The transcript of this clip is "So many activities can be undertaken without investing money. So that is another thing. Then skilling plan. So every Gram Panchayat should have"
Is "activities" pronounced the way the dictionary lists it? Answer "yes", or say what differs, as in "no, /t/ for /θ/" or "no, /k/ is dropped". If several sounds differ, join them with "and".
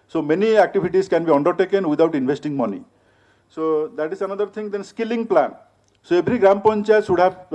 no, /b/ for /v/